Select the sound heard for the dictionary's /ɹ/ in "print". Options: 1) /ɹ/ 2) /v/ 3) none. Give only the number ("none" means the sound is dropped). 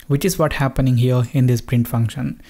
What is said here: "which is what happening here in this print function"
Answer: 1